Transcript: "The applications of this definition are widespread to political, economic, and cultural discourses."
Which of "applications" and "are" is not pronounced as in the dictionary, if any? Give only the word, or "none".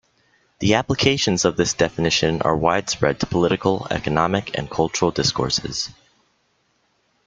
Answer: none